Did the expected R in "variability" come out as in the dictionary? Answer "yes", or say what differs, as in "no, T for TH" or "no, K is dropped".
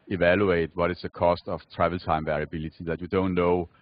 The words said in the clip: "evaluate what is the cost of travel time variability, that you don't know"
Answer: yes